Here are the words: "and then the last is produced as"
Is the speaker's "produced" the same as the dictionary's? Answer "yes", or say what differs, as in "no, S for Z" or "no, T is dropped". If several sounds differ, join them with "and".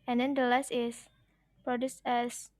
yes